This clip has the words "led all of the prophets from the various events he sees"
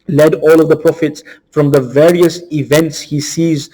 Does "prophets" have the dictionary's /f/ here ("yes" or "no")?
yes